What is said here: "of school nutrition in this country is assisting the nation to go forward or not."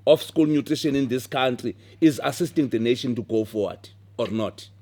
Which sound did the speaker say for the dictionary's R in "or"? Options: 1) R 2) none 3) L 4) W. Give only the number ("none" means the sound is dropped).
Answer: 1